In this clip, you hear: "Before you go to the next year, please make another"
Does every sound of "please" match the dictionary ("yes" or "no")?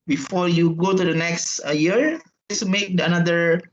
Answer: no